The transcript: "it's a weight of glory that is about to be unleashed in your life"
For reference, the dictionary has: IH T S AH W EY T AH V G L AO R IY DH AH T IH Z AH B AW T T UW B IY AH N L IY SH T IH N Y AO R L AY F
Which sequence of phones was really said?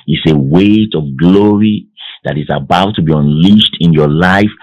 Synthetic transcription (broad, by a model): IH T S AH W EY T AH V G L AO R IY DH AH T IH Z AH B AW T T UW B IY AH N L IY SH T IH N Y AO L AY F